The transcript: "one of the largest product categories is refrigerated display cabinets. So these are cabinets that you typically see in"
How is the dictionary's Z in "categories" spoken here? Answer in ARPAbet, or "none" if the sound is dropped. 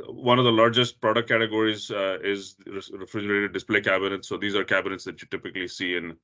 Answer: Z